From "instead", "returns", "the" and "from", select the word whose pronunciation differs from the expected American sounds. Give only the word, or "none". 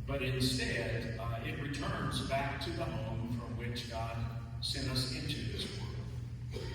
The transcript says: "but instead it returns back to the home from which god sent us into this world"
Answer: none